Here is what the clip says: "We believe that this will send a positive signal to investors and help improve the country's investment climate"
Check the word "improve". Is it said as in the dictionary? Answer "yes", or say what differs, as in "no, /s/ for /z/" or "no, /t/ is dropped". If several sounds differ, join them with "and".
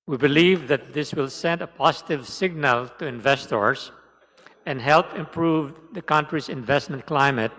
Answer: yes